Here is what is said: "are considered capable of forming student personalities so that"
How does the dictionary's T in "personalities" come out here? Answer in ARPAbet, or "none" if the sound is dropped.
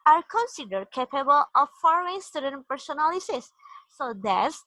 S